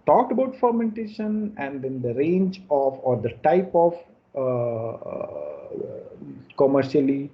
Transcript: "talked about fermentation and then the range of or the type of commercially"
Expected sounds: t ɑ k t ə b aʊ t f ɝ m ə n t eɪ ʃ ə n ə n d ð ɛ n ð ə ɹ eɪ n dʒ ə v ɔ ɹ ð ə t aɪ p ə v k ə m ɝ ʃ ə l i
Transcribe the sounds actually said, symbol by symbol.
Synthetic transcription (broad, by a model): t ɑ k t ə b aʊ t f ɝ m ə n t eɪ ʃ ə n ə n d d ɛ n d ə ɹ eɪ n dʒ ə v ɔ ɹ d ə t aɪ p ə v k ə m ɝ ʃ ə l i